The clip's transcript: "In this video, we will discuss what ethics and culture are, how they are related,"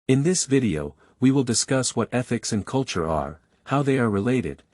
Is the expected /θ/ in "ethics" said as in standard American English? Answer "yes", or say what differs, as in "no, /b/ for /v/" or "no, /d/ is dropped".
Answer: yes